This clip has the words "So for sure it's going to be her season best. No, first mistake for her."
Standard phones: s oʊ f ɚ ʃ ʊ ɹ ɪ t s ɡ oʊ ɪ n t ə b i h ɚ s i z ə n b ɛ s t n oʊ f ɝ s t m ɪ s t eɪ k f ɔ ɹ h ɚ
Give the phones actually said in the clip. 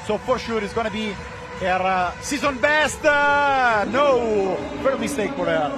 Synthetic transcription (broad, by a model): s oʊ f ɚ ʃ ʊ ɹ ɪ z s ɡ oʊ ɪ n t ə b i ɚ s i z ə n b ɛ s t n oʊ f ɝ t m ɪ s t eɪ k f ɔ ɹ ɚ